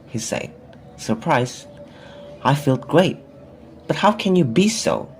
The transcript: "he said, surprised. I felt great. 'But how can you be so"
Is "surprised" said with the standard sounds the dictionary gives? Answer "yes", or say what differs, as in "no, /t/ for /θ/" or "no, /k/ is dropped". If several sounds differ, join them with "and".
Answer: no, /d/ is dropped